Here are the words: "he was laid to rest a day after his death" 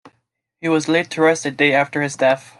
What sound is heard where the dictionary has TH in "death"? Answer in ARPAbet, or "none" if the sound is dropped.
TH